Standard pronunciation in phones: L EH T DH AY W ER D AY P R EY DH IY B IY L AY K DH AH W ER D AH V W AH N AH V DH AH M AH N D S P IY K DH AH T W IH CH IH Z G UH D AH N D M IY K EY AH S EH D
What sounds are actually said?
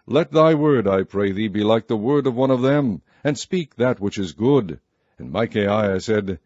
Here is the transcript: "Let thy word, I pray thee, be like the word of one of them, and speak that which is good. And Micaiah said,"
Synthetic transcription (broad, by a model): L EH T DH AY W ER D AY P R EY DH IY B IY L AY K DH AH W ER D AH V W AH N AH V DH AH M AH N S P IY K DH AH T W IH CH IH Z G UH D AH N M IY K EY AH S EH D